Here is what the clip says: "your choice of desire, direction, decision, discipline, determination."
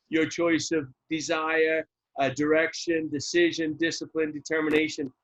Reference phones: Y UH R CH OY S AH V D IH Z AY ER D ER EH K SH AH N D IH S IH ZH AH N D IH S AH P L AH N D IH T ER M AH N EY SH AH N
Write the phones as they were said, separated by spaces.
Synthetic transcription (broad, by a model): Y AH R CH OY S AH V D IH Z AY ER D ER EH K SH AH N D IH S IH ZH AH N D IH S AH P L AH N D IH T ER M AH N EY SH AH N